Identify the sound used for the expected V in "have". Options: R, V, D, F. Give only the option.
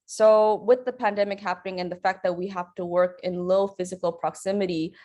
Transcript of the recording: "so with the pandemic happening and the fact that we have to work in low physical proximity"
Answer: F